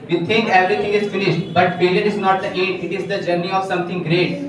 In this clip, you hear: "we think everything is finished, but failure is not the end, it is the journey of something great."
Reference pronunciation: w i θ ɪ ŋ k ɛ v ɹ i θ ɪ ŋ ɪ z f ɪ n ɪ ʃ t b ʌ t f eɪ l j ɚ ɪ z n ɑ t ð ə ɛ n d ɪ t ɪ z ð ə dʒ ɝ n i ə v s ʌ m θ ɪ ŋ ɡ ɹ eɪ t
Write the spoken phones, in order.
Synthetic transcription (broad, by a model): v i t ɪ ŋ k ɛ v ɹ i t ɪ ŋ ɪ z f ɪ n ɪ ʃ t b ʌ t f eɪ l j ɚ ɪ z n ɑ t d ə ɛ d ɪ t ɪ z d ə dʒ ɝ n i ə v s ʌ m t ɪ ŋ ɡ ɹ eɪ t